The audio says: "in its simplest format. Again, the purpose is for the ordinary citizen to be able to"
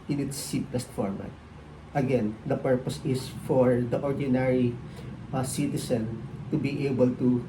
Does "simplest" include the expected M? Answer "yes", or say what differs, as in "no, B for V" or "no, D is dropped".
no, M is dropped